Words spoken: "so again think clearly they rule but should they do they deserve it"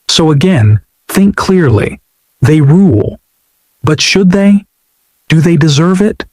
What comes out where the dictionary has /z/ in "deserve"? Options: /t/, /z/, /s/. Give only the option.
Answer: /z/